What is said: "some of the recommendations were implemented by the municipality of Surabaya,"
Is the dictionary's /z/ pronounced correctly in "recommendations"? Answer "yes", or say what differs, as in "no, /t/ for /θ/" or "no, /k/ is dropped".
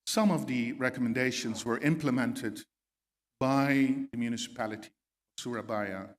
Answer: yes